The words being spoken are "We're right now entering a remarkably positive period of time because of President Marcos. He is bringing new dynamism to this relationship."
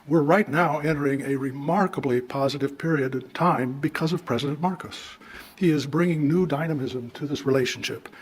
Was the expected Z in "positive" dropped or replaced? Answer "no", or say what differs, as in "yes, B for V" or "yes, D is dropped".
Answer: no